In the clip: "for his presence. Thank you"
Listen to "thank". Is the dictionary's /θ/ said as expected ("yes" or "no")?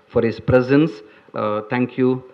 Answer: no